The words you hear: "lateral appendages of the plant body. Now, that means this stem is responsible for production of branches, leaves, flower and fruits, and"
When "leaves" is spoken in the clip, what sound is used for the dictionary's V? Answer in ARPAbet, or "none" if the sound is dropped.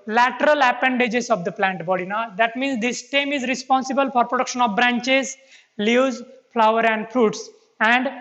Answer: none